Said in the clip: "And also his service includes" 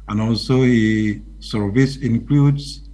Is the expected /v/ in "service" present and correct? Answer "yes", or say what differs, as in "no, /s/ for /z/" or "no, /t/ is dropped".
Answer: yes